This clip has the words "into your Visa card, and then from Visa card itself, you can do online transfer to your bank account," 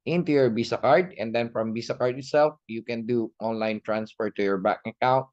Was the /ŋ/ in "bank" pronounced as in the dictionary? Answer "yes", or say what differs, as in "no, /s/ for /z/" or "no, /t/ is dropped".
no, /ŋ/ is dropped